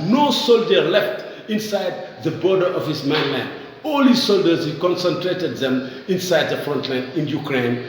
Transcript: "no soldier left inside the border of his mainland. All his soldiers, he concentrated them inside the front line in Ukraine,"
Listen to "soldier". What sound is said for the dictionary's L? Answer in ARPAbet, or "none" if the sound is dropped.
L